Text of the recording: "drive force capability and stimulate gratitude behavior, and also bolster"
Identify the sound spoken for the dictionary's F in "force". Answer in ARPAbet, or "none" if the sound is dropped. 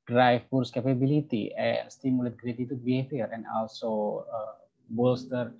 P